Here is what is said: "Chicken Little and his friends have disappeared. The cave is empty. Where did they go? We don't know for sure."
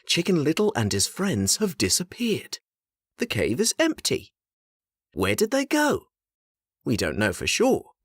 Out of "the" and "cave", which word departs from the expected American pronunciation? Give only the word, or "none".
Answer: none